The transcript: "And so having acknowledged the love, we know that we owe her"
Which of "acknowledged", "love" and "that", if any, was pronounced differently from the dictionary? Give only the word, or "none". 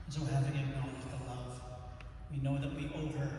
acknowledged